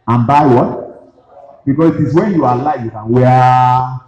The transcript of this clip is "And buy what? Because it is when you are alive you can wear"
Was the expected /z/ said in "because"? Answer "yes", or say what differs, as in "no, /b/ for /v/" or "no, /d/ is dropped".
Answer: no, /s/ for /z/